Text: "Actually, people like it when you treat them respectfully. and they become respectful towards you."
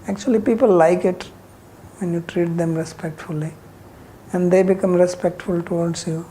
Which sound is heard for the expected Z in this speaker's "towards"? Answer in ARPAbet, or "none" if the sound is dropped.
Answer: S